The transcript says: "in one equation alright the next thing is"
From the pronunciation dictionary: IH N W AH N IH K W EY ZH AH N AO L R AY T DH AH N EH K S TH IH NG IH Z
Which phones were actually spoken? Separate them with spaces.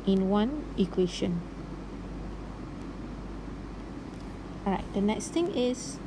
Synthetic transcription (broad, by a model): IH N W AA N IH K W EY SH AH N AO R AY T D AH N EH K S T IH NG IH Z